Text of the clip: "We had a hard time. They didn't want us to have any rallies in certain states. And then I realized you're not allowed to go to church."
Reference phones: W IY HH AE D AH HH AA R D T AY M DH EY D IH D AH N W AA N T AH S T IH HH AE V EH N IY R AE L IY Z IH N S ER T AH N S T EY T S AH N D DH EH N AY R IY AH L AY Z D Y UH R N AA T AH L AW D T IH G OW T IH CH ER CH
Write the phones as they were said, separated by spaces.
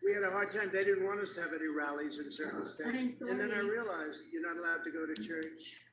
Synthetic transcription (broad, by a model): W IY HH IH D AH HH AA R D T AY M DH EY D IH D N W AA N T AH S T IH V EH N IY R AE L IY Z IH N S ER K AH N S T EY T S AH N DH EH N AY R IY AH L AY Z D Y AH R N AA T AH L AW D T IH G OW T IH CH ER CH